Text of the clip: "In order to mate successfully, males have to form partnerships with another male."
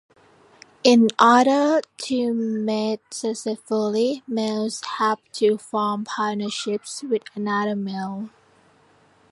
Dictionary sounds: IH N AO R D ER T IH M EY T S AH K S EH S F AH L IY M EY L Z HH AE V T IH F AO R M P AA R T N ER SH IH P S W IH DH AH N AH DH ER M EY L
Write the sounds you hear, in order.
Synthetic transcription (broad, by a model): IH N AO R D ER T IH M EY T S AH S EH F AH L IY M EY L Z HH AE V T IH F AO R M P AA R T N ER SH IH P S W IH DH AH N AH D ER M EY L